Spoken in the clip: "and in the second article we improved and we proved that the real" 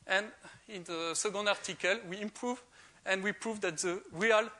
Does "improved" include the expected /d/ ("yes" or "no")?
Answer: no